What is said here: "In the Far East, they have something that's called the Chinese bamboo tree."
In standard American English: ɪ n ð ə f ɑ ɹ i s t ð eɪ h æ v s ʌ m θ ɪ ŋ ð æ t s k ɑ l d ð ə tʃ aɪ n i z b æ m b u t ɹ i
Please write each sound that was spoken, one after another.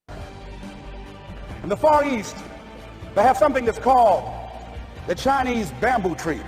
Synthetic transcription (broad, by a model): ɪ n ð ə f ɑ ɹ i s t ð eɪ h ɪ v s ʌ m θ ɪ ŋ ð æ t s k ɑ l d ð ə tʃ aɪ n i z b æ m b u t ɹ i